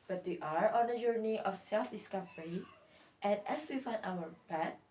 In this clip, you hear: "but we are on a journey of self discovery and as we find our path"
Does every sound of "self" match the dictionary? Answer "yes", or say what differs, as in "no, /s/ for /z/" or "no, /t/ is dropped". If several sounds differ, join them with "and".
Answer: yes